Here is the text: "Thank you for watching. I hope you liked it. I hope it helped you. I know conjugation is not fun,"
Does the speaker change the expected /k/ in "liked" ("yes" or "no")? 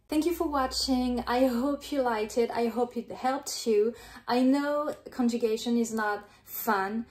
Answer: yes